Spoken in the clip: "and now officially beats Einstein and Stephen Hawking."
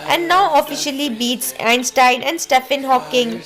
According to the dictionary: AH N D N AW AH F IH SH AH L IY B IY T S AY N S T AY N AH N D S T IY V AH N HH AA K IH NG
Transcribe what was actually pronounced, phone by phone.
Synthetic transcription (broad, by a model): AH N D N AW AH F IH SH AH L IY B IY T S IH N S T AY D AH N D S T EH F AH N HH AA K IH NG